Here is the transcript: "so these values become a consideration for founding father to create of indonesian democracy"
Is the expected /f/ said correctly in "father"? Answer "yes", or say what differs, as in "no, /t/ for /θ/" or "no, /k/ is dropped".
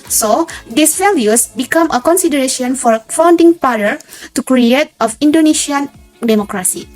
no, /p/ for /f/